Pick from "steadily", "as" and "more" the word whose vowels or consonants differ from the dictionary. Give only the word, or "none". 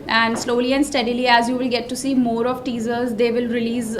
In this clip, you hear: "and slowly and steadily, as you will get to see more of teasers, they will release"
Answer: none